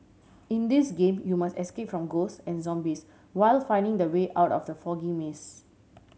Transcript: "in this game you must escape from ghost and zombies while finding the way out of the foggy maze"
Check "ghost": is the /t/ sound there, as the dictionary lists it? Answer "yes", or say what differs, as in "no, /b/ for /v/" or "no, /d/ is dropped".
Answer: no, /t/ is dropped